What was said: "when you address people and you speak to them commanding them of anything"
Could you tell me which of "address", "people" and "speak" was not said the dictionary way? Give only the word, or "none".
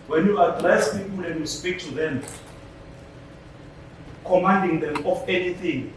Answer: address